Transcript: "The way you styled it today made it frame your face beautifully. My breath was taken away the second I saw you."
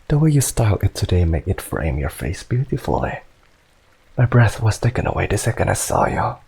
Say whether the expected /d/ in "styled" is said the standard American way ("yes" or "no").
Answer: no